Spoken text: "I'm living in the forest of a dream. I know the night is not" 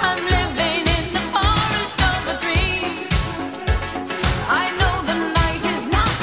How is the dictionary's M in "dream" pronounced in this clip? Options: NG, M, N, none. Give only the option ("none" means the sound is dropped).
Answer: none